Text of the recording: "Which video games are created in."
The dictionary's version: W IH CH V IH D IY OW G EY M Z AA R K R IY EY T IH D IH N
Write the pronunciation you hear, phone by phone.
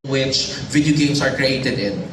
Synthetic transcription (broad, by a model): W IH CH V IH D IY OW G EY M S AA R K R IY EY T IH D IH N